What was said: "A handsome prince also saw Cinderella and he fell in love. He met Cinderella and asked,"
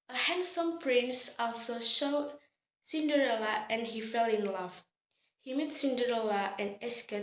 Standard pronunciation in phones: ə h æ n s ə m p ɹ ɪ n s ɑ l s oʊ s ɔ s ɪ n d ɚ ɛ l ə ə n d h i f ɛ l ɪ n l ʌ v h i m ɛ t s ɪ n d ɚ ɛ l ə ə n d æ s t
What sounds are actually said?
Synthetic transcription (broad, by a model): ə h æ n s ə m p ɹ ɪ n s ɑ l s oʊ ʃ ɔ s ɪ n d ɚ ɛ l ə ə n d h i f ɛ l ɪ n l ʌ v h i m ɛ t s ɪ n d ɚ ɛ l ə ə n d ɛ s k